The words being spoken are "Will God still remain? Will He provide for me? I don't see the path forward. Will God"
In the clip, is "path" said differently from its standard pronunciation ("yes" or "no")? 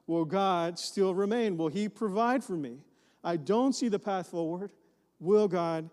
no